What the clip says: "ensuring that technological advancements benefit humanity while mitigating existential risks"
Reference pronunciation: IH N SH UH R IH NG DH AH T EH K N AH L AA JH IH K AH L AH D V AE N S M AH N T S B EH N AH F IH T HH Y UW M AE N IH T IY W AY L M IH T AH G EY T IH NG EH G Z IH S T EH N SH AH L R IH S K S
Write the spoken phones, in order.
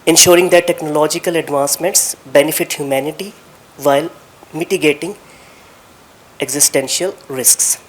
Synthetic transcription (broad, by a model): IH N SH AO R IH NG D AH T EH K N AH L AA JH IH K AH L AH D V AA N S M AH N T S B EH N AH F IH T HH Y UW M AE N IH T IY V AY L M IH T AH G EY T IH NG EH G Z IH S T EH N SH AH L R IH S K S